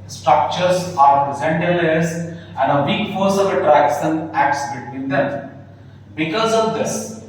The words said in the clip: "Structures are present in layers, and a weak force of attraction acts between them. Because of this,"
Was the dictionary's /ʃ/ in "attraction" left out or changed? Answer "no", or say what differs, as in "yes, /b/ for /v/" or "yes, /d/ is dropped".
yes, /s/ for /ʃ/